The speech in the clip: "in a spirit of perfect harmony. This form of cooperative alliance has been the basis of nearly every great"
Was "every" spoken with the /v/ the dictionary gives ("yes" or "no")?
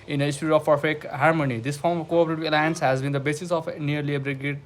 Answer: no